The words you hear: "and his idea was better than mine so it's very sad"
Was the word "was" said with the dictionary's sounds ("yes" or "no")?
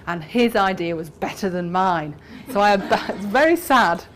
yes